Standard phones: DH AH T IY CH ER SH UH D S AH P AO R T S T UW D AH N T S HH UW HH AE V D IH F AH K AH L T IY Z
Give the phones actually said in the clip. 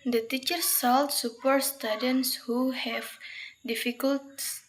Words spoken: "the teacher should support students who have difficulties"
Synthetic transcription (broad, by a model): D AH T IY CH ER S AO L S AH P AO R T S T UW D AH N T S HH UW HH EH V D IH F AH K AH L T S